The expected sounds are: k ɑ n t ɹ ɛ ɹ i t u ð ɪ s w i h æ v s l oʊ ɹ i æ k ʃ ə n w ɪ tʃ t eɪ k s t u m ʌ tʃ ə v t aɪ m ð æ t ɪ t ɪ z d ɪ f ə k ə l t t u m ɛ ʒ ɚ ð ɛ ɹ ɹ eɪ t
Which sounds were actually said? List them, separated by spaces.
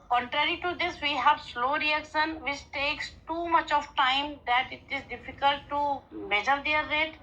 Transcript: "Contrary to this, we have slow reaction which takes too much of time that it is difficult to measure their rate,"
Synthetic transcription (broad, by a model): k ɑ n t ɹ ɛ ɹ i t u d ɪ s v i h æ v s l oʊ ɹ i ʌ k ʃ ə n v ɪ tʃ t eɪ k s t u m ʌ tʃ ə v t aɪ m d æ t ɪ t ɪ z d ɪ f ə k ə l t t u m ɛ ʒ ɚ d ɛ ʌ ɹ eɪ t